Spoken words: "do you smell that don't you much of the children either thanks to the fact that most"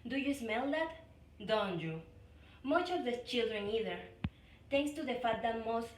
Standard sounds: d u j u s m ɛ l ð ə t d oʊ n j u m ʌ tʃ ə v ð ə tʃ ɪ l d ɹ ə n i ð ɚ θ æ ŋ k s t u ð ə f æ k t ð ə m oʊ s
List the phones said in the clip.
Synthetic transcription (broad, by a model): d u j u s m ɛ l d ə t d oʊ n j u m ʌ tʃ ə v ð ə tʃ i l d ɹ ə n i ð ɚ t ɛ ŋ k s t u ð ə f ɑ t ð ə m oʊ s